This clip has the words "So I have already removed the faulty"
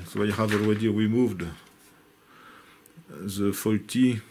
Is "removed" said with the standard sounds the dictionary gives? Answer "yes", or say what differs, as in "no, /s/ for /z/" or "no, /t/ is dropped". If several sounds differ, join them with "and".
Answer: no, /w/ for /ɹ/